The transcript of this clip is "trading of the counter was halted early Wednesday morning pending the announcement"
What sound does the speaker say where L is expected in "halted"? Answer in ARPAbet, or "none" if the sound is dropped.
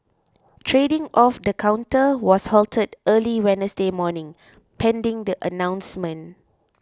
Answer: L